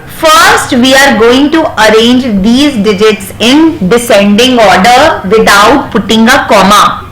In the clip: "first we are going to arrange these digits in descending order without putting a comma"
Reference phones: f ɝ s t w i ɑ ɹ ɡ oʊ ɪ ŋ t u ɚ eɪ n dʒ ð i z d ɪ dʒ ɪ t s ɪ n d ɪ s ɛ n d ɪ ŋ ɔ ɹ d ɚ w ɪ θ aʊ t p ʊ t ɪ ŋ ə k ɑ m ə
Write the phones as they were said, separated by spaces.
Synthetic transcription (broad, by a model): f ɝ s t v i ɑ ɹ ɡ oʊ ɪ ŋ t u ɚ eɪ n dʒ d i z d ɪ dʒ ɪ t s ɪ n d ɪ s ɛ n d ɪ ŋ ɔ ɹ d ɚ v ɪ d aʊ t p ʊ t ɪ ŋ ə k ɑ m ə